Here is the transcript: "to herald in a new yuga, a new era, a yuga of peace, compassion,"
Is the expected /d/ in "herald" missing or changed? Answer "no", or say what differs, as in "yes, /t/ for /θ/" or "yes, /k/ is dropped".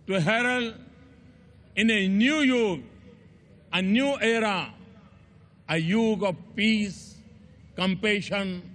yes, /d/ is dropped